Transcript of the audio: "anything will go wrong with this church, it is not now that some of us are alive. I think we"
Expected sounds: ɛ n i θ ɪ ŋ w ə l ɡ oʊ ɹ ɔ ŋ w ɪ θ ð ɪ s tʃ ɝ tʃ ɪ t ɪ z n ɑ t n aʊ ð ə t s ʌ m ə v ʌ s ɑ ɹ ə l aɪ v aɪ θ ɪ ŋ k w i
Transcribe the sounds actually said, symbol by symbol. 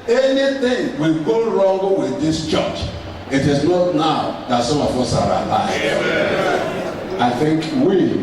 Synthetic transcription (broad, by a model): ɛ n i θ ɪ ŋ w ə l ɡ oʊ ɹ ɔ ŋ w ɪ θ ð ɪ s tʃ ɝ tʃ ɪ t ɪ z n ɑ t n aʊ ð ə t s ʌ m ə f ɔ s ɑ ɹ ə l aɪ aɪ θ ɪ ŋ k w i